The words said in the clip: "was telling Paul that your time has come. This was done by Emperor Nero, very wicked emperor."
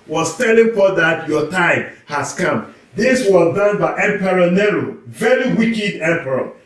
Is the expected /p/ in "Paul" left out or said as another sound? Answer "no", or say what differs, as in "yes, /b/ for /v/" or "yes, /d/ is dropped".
yes, /f/ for /p/